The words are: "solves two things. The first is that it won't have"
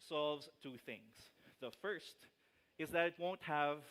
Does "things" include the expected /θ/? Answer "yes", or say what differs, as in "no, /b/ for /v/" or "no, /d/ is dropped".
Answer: yes